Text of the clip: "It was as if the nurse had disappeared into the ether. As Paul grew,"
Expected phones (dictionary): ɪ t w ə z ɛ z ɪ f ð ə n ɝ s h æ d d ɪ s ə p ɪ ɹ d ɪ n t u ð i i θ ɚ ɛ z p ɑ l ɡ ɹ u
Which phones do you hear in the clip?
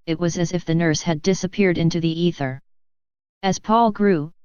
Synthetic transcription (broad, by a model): ɪ t w ə z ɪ z ɪ f ð ə n ɝ s h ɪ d d ɪ s ə p ɪ ɹ d ɪ n t u ð i i θ ɚ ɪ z p ɑ l ɡ ɹ u